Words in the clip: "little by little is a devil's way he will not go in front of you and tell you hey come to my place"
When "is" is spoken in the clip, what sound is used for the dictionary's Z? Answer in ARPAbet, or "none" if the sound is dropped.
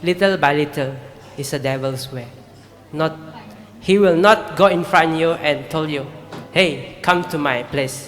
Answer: S